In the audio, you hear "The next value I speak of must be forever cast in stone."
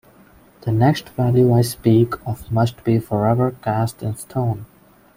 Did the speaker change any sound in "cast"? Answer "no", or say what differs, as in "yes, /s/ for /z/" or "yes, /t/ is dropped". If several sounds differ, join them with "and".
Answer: no